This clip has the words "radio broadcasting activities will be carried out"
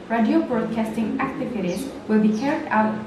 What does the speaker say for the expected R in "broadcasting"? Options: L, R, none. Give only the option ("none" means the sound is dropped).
R